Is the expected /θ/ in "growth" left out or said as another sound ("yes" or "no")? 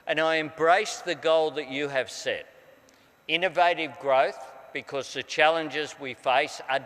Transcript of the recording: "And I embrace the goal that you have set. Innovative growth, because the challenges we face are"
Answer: no